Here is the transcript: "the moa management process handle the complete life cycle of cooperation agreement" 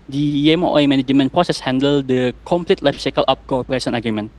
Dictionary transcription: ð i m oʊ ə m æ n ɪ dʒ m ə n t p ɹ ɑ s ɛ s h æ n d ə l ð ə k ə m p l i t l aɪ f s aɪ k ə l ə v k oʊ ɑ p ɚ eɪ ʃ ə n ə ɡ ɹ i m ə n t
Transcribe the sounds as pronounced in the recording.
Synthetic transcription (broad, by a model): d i m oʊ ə m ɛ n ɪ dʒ m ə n p ɹ ɑ s ɛ s h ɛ n d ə l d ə k ə m p l i t l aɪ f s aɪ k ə l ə p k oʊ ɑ p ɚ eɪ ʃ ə n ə ɡ ɹ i m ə n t